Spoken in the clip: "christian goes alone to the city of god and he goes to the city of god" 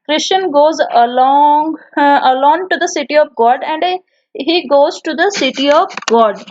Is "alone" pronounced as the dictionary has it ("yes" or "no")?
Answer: no